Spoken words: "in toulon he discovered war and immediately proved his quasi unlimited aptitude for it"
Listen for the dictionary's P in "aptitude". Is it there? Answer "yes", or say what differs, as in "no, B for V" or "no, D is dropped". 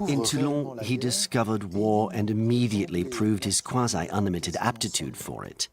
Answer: yes